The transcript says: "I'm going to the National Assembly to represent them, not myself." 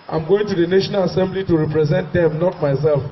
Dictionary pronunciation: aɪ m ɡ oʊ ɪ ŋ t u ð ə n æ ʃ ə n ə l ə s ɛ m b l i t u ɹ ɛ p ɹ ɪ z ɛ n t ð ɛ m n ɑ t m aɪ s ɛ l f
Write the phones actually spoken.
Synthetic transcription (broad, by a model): aɪ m ɡ oʊ ɪ ŋ t u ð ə n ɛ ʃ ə n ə l ə s ɛ m b l i t u ɹ ɛ p ɹ ɪ z ɛ n t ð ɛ m n ɑ t m aɪ s ɛ l f